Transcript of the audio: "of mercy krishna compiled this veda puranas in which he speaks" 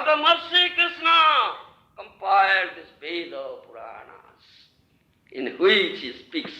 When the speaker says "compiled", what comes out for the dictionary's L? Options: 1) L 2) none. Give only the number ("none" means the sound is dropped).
2